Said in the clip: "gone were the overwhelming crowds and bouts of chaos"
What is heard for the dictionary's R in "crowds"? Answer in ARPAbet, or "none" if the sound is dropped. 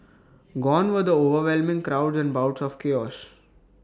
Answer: R